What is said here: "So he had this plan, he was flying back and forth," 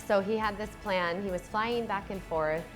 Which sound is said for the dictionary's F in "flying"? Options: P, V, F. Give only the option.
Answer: F